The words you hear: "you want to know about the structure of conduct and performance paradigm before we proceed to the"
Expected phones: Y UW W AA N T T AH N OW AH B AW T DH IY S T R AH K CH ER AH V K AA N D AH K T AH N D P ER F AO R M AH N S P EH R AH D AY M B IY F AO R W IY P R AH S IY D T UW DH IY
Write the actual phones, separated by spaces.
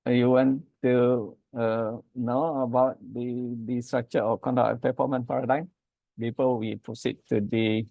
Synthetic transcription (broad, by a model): Y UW W AA N T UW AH N OW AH B AW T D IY S T R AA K CH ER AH K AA N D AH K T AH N P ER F AO M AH N P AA R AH D AY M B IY P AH L W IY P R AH S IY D T UW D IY